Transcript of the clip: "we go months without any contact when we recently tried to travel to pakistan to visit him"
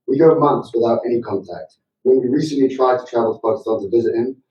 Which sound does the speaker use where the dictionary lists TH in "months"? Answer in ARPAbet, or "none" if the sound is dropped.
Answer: TH